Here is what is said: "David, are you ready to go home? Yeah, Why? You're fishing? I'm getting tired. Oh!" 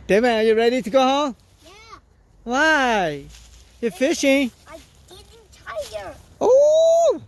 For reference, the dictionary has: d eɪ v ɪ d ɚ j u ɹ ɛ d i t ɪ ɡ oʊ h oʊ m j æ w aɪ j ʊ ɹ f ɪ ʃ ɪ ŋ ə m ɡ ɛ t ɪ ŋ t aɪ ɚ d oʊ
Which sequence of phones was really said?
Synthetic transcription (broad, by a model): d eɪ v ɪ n ɚ j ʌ ɹ ɛ d i t ɪ ɡ oʊ h oʊ m j æ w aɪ j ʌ ɹ f ɪ ʃ ɪ ŋ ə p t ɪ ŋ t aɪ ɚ oʊ